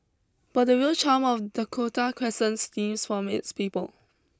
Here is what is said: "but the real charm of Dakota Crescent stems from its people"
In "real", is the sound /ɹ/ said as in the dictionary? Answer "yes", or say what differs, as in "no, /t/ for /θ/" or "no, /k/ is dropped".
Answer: no, /w/ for /ɹ/